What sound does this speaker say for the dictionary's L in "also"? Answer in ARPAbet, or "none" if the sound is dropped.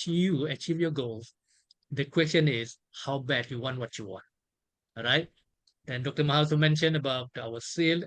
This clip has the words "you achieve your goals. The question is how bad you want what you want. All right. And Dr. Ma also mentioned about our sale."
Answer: none